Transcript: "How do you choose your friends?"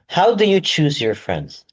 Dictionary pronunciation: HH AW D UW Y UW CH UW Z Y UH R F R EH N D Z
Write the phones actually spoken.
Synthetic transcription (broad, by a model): HH AW D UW Y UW CH UW Z Y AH R F R EH N D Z